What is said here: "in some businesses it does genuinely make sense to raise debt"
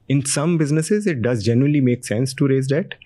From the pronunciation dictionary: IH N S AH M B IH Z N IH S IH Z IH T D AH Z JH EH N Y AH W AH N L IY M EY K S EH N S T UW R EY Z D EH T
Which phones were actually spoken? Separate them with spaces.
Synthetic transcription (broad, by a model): IH N S AH M B IH Z N IH S IH Z IH T D AH Z JH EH N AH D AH L IY M EY K S EH N S T UW R EY Z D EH T